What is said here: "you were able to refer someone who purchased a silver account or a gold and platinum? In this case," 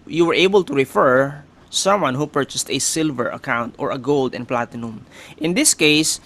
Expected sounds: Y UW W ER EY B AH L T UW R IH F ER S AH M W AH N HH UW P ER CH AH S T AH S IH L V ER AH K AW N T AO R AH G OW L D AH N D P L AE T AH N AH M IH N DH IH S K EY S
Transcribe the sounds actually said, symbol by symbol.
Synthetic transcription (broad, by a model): Y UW W ER EY B AH L T UW R IH F ER S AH M W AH N HH UW P ER CH AH S T AH S IH L V ER AH K AW N T AO R AH G OW L D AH N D P L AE T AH N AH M IH N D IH S K EY S